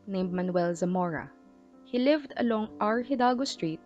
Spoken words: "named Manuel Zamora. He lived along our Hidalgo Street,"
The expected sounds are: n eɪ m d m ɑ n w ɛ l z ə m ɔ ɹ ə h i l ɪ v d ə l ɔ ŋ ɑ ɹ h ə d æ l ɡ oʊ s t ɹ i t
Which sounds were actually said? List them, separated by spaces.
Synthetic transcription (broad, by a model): n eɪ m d m ɑ n w ɛ l z ə m ɔ ɹ ə h i l ɪ v d ə l ɔ ŋ ɑ ɹ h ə d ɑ l ɡ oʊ s t ɹ i t